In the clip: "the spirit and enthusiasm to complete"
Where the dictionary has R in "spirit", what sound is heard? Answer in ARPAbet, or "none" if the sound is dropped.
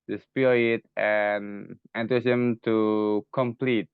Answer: none